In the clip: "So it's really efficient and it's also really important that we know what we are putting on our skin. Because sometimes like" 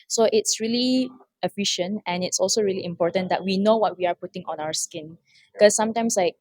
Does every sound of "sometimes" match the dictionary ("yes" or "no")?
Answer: no